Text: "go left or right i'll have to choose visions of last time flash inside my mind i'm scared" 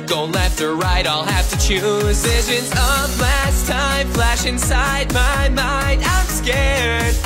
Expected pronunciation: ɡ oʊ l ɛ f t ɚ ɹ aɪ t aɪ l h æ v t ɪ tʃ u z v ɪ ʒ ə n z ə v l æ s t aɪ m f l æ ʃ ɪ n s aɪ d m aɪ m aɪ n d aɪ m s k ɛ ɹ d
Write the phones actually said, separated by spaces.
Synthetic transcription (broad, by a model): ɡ oʊ l ɛ f t ɚ ɹ aɪ t aɪ l h æ f t ɪ tʃ u z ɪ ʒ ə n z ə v l æ s t aɪ m f l æ ʃ ɪ n s aɪ d m aɪ m aɪ n d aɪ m s k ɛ ɹ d